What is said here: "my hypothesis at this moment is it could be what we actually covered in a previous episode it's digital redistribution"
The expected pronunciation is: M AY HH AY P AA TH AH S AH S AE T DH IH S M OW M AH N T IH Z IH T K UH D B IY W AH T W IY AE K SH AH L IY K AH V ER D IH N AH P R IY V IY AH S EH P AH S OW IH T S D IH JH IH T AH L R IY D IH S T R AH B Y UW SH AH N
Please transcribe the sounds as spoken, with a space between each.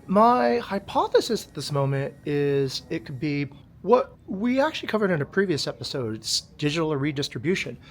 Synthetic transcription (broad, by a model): M AY HH AY P AA TH AH S AH S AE T DH IH S M OW M AH N T IH Z IH T K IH D B IY W AH T W IY AE K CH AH L IY K AH V ER D IH N AH P R IY V IY AH S EH P AH S OW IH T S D IH JH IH T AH R IY D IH S T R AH B Y UW SH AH N